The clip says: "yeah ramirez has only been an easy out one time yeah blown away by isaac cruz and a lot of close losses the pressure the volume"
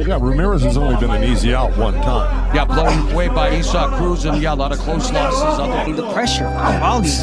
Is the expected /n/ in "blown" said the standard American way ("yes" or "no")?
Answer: no